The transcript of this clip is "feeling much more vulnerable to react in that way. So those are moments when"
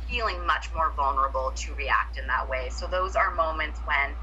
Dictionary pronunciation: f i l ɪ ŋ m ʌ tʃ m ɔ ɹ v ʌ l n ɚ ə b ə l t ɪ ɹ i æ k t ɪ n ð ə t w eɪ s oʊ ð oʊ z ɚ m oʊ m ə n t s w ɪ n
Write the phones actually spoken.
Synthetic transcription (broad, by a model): f i l ɪ ŋ m ʌ tʃ m ɔ ɹ v ʌ l n ɚ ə b l t ɪ ɹ i æ k t ɪ n ð ə t w eɪ s oʊ ð oʊ z ɚ m oʊ m ə n t s w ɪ n